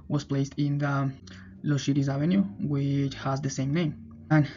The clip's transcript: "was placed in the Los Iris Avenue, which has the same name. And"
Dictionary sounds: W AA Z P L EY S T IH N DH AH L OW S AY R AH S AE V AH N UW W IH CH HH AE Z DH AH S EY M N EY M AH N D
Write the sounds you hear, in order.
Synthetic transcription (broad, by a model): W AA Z P L EY S T IH N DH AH L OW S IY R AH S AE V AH N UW W IH CH HH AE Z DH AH S EY M N EY M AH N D